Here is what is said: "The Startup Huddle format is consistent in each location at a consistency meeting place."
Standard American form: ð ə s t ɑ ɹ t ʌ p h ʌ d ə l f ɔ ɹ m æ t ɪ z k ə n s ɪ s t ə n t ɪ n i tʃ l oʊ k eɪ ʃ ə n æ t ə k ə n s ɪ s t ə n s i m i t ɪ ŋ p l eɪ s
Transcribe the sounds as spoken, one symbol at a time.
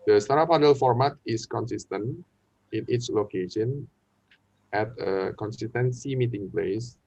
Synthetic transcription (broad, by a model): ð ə s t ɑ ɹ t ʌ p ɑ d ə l f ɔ ɹ m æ t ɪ s k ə n s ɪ s t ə n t ɪ n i s l oʊ k eɪ ʃ ə n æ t ə k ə n s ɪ s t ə n s i m i t ɪ ŋ p l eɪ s